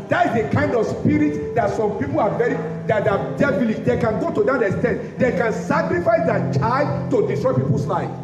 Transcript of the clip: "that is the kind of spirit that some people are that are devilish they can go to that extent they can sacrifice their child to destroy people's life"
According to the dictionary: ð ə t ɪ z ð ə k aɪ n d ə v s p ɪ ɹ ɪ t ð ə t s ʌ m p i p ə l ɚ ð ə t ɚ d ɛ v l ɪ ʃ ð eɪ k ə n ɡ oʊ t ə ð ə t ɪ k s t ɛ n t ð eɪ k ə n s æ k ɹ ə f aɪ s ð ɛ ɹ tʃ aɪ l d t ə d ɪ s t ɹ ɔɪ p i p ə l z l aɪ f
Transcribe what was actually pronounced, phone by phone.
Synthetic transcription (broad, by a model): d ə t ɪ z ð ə k aɪ n d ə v s p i ɹ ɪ t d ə t s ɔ m p i p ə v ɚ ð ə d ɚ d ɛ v l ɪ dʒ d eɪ k ə n ɡ oʊ t ə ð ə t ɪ s t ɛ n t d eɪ k ə n s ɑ k ɹ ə f aɪ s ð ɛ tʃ aɪ d t ə d ɪ s t ɹ ɔɪ p i p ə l s l aɪ f